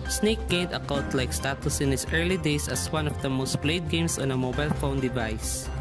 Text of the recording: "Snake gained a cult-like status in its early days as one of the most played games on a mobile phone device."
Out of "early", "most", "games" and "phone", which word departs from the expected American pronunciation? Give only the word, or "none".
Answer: games